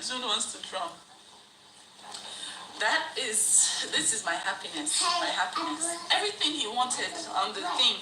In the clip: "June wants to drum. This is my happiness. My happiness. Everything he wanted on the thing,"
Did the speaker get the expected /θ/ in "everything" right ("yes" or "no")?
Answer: yes